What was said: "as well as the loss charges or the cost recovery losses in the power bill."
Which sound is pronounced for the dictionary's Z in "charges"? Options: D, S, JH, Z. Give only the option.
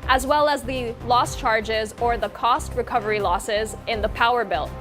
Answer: Z